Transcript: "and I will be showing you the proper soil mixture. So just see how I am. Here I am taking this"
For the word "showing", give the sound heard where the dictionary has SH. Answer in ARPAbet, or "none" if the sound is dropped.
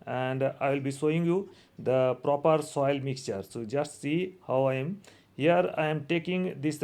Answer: S